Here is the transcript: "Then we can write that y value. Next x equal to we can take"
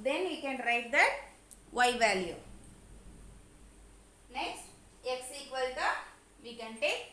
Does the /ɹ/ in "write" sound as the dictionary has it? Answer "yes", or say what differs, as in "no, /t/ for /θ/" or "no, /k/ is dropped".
yes